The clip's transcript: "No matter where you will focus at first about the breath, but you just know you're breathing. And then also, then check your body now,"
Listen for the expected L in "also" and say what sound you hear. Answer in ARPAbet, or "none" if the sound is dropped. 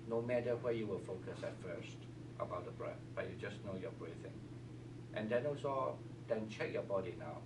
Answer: none